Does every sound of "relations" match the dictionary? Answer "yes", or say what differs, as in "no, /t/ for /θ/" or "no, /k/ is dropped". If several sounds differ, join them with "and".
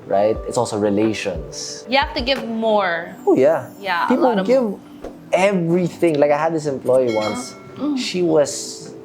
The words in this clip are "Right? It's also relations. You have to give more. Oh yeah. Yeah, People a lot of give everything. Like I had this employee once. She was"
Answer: no, /s/ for /z/